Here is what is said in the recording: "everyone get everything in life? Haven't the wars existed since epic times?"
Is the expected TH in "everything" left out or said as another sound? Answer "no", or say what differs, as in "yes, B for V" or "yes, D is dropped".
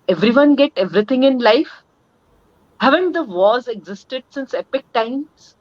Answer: yes, T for TH